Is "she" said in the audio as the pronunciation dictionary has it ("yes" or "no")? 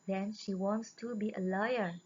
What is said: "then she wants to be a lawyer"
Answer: yes